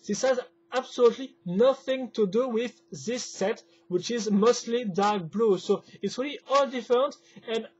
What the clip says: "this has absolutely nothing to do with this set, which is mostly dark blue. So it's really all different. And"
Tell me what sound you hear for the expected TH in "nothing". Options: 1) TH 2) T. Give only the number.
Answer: 1